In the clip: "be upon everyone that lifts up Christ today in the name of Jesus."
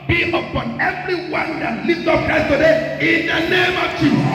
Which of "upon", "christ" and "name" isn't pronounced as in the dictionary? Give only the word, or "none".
christ